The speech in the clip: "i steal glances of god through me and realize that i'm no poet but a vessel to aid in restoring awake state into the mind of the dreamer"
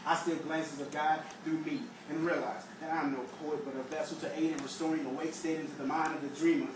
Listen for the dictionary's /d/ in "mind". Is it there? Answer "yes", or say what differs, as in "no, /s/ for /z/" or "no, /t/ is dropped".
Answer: yes